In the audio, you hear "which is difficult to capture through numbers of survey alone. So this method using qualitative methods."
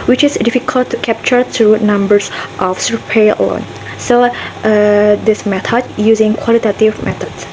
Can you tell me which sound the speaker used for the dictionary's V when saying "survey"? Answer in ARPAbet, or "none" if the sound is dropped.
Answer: P